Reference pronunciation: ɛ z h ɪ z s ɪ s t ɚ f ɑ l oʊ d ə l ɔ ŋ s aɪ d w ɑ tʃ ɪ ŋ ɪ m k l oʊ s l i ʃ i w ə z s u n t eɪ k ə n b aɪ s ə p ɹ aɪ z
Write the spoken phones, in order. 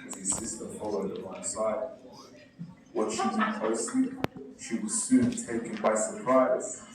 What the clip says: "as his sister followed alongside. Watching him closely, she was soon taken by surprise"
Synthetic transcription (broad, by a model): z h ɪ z s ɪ s t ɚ f ɑ l oʊ d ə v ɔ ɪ s aɪ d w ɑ ʃ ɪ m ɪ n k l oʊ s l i ʃ i w ə z s u n t eɪ k ə n b aɪ s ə p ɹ aɪ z